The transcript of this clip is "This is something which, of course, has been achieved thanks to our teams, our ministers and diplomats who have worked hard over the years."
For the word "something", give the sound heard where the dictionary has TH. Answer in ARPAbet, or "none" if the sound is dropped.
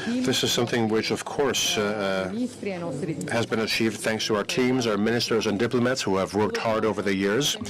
TH